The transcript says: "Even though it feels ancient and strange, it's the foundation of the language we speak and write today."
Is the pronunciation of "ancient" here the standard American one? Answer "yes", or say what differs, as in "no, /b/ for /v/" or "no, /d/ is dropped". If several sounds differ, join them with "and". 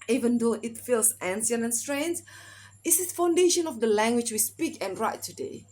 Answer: no, /s/ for /ʃ/ and /t/ is dropped